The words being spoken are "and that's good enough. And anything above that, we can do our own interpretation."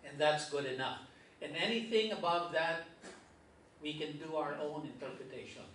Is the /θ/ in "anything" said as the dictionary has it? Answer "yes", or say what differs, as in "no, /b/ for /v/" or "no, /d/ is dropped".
yes